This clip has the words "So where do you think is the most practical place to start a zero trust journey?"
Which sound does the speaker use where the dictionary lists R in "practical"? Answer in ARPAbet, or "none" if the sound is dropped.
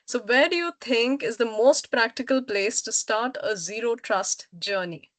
R